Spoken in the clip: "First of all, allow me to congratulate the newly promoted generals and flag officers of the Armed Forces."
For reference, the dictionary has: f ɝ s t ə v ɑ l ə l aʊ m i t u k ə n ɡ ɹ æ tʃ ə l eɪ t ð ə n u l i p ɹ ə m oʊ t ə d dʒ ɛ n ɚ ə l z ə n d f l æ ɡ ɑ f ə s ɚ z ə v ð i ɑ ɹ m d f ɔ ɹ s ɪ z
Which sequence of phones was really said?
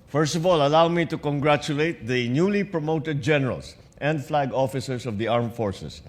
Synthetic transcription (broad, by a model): f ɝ s t ə v ɑ l ə l aʊ m i t u k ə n ɡ ɹ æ tʃ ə l eɪ t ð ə n u l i p ɹ ə m oʊ t ə d dʒ ɛ n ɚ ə l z ə n d f l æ ɡ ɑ f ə s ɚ s ə v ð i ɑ ɹ m f ɔ ɹ s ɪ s